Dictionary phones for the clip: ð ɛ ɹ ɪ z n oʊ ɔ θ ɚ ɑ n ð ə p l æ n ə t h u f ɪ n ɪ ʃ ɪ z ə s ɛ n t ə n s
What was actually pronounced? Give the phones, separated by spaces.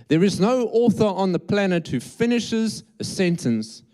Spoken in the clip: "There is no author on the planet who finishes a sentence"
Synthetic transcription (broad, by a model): ð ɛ ɹ ɪ z n oʊ ɔ θ ɚ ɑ n ð ə p l æ n ə t h u f ɪ n ɪ ʃ ɪ z ə s ɛ n t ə n s